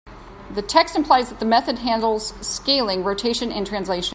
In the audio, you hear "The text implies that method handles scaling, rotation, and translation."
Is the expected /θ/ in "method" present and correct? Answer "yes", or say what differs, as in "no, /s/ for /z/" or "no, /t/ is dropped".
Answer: yes